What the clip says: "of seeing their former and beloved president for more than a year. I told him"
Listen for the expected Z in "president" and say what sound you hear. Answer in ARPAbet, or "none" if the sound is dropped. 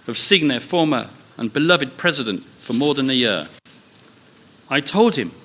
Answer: Z